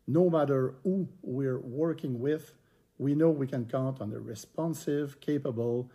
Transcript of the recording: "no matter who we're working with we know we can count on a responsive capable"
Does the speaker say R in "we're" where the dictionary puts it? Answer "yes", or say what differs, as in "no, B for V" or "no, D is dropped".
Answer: yes